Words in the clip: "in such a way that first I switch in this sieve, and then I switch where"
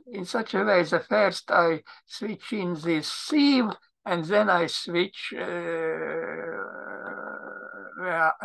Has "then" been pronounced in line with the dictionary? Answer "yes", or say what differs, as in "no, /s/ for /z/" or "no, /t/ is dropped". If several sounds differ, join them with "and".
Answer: yes